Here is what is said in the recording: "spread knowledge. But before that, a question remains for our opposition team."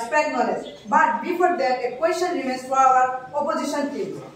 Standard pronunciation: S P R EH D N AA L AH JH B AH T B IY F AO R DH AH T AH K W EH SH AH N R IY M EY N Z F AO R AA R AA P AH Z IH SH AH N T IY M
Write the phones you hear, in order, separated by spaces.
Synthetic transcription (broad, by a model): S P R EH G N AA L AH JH B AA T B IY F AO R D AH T AH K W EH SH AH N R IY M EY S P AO W AA R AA P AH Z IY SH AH N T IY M